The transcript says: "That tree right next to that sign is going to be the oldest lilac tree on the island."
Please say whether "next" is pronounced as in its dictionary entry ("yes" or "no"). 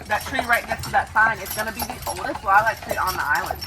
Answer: no